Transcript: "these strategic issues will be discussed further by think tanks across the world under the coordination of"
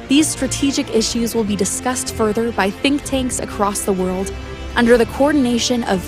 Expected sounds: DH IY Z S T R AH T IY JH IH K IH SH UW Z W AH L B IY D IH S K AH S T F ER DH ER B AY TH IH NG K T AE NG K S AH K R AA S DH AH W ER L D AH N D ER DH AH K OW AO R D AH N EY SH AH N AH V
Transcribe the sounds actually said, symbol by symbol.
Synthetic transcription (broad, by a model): DH IY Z S T R AH T IY JH IH K IH SH UW Z W AH L B IY D IH S K AH S T F ER DH ER B AY TH IH NG K T AE NG K S AH K R AA S DH AH W ER L D AH N D ER DH AH K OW AO R D N EY SH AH N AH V